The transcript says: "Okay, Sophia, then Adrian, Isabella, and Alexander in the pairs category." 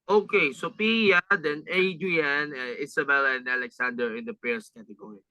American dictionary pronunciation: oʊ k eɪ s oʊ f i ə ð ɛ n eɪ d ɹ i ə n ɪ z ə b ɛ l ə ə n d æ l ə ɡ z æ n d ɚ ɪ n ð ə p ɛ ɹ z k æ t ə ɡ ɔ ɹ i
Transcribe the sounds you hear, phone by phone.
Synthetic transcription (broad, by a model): oʊ k eɪ s oʊ p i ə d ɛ n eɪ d i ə n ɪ s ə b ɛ l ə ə n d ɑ l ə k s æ n d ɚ ɪ n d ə p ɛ ɹ s k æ t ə ɡ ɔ ɹ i